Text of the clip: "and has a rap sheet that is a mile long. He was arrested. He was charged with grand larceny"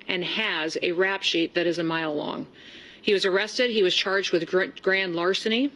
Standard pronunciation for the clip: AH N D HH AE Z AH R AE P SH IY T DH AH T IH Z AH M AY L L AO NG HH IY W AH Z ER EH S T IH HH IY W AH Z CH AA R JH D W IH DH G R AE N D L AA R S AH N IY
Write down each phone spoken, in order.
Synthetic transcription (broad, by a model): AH N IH Z AH R AE P SH IY T DH AH T IH Z AH M AY L L AO NG HH IY W AH Z ER EH S T IH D IY W AH Z CH AA R JH D W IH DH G R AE N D L AA R S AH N IY